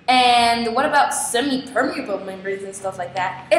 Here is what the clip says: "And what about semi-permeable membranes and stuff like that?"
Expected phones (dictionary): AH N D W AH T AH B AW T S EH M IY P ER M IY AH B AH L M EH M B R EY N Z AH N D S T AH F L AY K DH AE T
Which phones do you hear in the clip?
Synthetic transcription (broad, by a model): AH N W AH T AH B AW T S EH M IY P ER M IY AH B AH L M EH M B R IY Z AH N S T AH F L AY K DH AE T